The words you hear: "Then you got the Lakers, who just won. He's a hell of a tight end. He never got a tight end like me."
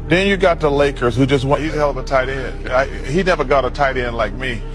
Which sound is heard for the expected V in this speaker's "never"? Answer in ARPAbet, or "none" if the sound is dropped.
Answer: V